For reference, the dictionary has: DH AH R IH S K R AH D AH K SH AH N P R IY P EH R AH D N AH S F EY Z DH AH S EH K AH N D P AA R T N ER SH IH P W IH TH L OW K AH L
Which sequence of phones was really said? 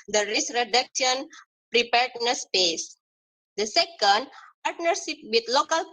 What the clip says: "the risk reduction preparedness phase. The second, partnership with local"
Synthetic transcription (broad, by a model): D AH R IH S R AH D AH K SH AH N P R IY P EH R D N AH S P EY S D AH S EH K AH N D P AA R T N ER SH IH P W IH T L OW K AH L